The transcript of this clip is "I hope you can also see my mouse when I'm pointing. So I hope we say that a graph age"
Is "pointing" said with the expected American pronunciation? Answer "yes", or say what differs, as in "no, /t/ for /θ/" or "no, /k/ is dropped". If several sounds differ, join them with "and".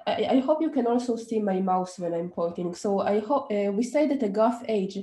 no, /n/ is dropped